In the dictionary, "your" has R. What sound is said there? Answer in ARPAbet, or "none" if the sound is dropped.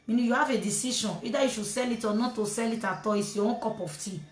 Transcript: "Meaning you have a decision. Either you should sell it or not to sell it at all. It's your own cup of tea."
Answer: W